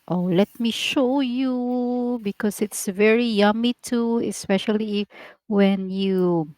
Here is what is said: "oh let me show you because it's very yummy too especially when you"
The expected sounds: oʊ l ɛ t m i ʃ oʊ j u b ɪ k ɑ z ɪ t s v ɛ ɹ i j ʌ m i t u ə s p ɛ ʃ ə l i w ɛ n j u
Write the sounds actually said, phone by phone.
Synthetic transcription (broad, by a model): oʊ l ɛ t m i ʃ oʊ j u b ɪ k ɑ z ɪ t s v ɛ ɹ i j ʌ m i t u ə s p ɛ ʃ ə l i w ɛ n j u